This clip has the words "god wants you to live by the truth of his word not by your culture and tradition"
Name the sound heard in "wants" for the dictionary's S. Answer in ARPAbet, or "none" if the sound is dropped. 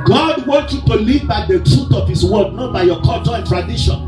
none